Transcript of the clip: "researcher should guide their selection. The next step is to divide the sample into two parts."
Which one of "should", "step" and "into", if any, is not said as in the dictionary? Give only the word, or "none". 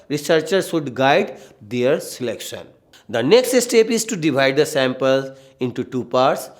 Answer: should